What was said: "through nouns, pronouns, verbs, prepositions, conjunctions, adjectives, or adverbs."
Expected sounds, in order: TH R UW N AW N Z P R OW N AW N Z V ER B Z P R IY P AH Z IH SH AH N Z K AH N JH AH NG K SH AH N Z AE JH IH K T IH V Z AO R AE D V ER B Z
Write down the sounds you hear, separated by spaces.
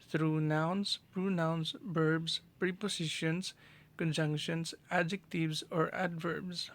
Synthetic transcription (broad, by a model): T R UW N AW N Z P R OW N AW N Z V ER B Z P R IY P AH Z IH SH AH N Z K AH N JH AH NG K SH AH N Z AE JH IH K T IH V Z AO R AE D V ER B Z